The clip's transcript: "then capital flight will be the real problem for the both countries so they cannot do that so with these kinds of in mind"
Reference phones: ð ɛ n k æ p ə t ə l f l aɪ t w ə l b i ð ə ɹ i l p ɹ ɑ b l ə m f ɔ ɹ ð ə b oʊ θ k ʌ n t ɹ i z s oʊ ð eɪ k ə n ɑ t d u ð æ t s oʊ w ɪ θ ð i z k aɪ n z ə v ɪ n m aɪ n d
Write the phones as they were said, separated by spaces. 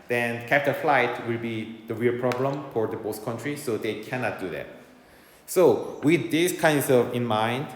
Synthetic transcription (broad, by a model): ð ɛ n k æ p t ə f l aɪ t w ə l b i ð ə ɹ i l p ɹ ɑ b l ə m f ɔ ɹ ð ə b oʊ s k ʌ n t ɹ i s oʊ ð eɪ k ə n ɑ t d u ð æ t s oʊ w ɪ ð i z k aɪ n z ə v ɪ n m aɪ n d